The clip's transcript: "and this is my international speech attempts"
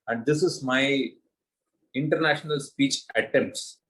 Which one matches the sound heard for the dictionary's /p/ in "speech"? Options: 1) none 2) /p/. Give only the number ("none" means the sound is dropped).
2